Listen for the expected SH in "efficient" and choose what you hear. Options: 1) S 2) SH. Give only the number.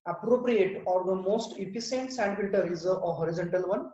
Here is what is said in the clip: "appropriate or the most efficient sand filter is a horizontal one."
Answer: 1